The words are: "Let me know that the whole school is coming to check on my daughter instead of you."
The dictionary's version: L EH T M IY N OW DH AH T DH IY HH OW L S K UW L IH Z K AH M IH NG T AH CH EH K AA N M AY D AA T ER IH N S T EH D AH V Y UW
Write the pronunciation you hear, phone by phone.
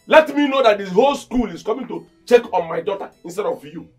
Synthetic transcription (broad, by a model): L EH T M IY N OW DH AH T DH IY HH OW L S K UW L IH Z K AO M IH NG T AH CH EH K AA N M AY D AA T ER IH N S T EH D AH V Y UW